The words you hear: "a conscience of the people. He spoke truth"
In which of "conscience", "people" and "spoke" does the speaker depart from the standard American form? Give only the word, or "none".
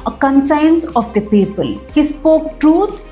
conscience